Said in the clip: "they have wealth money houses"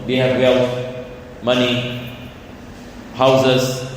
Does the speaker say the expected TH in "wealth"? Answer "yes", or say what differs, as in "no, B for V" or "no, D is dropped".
no, F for TH